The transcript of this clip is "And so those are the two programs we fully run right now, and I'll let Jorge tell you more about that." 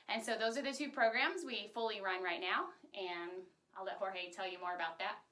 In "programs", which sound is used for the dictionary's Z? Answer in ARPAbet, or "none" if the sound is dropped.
Z